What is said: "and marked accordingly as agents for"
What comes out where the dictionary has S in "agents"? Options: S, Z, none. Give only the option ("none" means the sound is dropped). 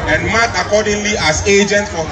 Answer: none